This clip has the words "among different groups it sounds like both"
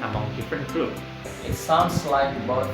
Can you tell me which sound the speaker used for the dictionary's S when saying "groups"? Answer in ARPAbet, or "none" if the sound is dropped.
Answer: none